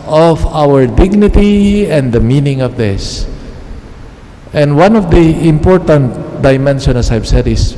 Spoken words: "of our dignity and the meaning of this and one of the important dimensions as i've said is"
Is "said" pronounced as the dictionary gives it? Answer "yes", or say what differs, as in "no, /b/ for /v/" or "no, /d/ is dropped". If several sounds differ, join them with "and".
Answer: yes